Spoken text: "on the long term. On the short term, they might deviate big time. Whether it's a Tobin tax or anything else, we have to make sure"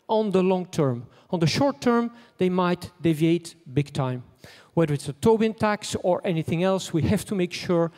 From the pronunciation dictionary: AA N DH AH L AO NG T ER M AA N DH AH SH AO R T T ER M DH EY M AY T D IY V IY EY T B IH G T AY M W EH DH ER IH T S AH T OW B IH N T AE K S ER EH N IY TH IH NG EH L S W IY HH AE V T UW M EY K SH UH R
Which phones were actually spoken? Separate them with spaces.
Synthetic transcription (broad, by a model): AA N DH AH L AO NG T ER M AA N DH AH SH AO R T T ER M DH EY M AY T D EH V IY EY T B IH G T AY M W EH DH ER IH T S AH T OW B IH N T AE K S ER EH N IY TH IH NG EH L S W IY HH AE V T UW M EY K SH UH R